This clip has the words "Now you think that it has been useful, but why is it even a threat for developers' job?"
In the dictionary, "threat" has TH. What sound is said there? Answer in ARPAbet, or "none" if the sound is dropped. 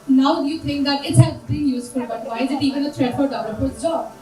T